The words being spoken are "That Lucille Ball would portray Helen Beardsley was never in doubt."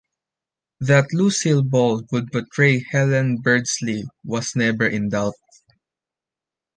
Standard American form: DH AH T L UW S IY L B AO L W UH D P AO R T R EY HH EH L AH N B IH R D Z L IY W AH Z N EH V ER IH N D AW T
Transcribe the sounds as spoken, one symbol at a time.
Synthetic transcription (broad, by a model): DH AH T L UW S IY L B AO L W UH D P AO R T R EY HH EH L AH N B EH R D S L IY W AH S N EH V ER IH N D AW T